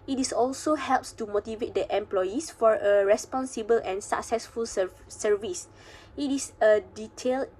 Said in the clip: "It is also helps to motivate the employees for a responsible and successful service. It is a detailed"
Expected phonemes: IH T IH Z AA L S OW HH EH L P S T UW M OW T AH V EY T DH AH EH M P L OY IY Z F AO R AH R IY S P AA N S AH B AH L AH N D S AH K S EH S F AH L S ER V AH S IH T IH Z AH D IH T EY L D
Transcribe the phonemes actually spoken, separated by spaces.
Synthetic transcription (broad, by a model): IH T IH S AA L S OW HH EH L P S T UW M OW T AH V EY T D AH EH M P L OY IY S F AO R AH R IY S P AA N S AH B AH L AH N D S AH K S EH S F AH L S ER V AH S IH T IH S AH D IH T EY L